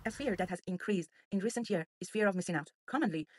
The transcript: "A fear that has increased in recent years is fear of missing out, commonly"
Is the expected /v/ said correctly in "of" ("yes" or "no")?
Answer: yes